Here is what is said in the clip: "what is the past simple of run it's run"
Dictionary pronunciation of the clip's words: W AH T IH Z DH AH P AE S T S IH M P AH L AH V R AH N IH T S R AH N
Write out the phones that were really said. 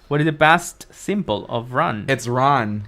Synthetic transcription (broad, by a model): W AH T IH Z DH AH B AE S T S IH M B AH L AH V R AH N IH T S R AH N